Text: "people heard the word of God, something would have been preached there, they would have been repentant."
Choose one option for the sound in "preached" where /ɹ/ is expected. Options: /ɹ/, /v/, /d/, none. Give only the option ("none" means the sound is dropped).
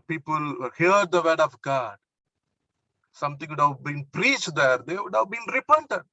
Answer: /ɹ/